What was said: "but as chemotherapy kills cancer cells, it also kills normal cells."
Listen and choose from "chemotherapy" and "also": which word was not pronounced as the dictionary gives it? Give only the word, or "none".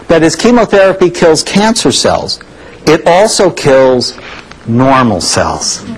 none